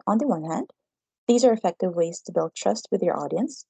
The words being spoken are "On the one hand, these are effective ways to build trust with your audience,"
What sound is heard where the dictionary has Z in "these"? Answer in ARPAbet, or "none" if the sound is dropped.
Z